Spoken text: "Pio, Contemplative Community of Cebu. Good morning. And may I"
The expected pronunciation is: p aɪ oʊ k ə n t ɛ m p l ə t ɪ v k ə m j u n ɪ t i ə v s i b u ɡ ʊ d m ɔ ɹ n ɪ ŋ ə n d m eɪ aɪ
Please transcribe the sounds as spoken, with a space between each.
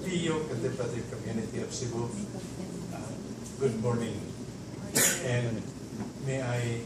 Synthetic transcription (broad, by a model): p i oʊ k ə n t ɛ p ə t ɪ k ə m j u n ɪ t i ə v s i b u ɡ ʊ d m ɔ ɹ n ɪ ŋ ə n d m eɪ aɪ